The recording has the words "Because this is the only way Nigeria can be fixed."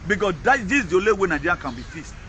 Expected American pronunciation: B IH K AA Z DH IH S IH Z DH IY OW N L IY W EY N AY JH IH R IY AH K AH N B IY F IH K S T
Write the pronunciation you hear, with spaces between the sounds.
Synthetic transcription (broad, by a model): B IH K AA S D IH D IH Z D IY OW L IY W EY N AY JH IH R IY K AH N B IY F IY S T